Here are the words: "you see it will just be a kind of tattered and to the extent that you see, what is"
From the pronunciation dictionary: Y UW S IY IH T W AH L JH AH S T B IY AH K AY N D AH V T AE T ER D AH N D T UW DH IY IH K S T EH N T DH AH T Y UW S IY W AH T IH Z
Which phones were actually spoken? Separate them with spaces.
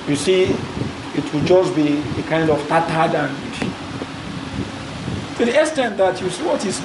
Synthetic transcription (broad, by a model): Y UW S IY IH T W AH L JH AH S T B IY AH K AY N D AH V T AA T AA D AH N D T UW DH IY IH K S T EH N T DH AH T Y UW S IY W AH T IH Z